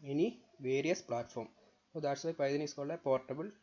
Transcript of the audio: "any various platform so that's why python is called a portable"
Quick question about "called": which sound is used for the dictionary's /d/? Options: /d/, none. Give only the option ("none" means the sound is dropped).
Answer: none